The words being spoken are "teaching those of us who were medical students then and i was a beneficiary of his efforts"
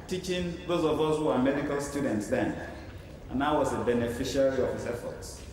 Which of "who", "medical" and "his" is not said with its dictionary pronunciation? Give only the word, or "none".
his